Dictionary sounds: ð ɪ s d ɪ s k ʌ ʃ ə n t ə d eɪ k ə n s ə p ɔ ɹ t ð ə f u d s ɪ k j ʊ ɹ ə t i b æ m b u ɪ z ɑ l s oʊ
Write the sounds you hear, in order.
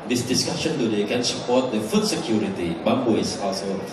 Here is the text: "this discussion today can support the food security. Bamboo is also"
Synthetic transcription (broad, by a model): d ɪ s d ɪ s k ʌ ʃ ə n t ə d eɪ k ə n s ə p ɔ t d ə f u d s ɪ k j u ɹ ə t i b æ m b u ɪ s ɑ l s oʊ